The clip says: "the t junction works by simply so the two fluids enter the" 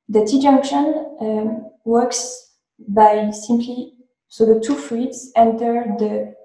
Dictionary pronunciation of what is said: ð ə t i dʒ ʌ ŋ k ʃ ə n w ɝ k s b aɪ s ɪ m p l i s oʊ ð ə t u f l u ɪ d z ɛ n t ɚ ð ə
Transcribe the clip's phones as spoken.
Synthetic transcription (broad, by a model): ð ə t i dʒ ʌ ŋ k ʃ ə n w ɝ k s b aɪ s ɪ m p l i s oʊ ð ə t u f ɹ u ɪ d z ɛ n t ɚ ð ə